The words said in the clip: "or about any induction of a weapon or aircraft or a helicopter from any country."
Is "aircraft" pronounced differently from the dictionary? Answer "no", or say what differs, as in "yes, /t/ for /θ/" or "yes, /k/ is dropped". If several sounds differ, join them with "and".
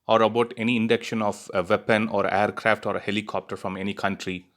no